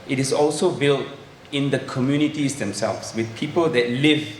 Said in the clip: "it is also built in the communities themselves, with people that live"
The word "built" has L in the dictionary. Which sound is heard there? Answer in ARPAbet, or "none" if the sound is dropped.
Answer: L